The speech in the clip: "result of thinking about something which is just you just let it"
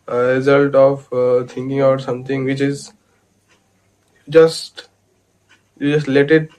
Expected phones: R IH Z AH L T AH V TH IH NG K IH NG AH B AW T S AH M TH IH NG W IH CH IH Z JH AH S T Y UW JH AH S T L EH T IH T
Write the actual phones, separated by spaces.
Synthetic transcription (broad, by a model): R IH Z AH L T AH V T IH NG K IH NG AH UH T S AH M T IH NG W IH CH IH Z JH AH S T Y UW JH AH S T L EH T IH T